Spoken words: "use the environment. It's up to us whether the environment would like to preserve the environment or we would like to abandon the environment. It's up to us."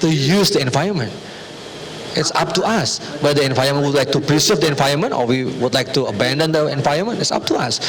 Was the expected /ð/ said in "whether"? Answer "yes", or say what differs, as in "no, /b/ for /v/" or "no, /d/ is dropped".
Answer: no, /ð/ is dropped